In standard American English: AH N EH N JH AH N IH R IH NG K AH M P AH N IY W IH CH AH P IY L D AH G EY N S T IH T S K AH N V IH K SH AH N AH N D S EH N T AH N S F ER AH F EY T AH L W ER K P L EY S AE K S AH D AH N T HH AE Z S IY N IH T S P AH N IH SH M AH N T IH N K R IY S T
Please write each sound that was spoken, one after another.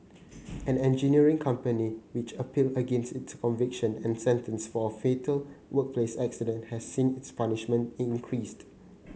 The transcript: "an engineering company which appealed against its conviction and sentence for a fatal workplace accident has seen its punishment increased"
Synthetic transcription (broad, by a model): AH N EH N JH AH N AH R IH NG K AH M P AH N IY W IH CH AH P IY L AH G EY N S T IH T S K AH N V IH K SH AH N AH N S EH N T AH N S F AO AH F EY T AH L W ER K P L EY S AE K S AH D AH N T HH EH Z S IY N IH T S P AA N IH SH M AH N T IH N K R IY S T